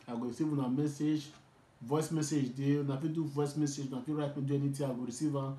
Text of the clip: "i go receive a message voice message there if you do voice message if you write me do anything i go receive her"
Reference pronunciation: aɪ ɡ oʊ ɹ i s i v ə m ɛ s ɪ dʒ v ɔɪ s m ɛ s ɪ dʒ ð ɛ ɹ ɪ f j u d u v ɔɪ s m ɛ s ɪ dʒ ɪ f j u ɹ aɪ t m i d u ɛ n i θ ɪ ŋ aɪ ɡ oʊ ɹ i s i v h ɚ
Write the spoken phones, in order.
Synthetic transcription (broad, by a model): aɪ ɡ oʊ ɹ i s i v ə m ɛ s ɪ dʒ v ɔɪ s m ɛ s ɪ dʒ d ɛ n ɪ f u d u v ɔɪ s m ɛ s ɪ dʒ ɪ f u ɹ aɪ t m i d u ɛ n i t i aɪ ɡ oʊ ɹ i s i v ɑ